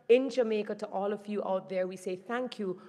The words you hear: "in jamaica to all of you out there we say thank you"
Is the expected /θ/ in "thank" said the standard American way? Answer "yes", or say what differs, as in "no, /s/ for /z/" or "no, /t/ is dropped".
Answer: yes